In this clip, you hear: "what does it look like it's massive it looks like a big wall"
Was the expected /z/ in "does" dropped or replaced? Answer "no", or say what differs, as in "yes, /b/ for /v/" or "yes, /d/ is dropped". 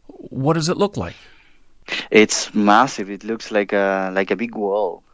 no